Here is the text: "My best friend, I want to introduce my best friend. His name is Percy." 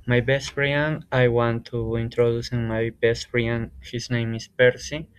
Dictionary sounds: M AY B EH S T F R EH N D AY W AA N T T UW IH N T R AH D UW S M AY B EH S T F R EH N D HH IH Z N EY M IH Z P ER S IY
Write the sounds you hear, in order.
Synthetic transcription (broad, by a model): M AY B EH S T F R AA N AY W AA N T T UW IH N T R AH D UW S M AY B EH S T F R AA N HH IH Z N EY M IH S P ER S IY